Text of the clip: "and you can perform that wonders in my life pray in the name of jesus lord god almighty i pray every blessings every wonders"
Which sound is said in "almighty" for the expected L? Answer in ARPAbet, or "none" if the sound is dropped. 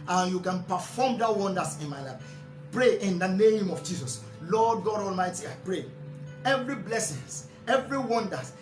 L